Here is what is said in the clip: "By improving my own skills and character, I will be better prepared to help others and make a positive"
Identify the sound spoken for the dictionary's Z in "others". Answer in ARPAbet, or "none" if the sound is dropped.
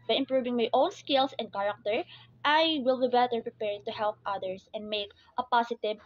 S